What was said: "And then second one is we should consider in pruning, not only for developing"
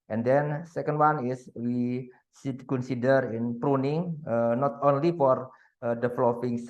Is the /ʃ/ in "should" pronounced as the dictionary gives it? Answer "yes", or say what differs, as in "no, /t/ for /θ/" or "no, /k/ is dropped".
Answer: no, /s/ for /ʃ/